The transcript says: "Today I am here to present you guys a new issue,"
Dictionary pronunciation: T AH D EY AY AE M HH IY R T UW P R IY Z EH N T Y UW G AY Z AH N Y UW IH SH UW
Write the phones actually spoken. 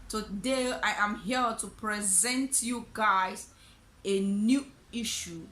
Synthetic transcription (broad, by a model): T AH D EY AY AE M HH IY L T UW P R IY Z EH N T Y UW G AY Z AH N Y UW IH SH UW